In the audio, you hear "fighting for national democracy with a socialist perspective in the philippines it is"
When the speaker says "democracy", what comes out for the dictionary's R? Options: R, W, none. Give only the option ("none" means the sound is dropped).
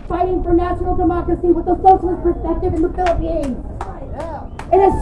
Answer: none